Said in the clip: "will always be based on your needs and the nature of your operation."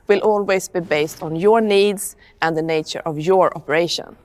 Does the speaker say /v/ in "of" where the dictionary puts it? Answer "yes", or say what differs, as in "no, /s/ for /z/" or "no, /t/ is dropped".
yes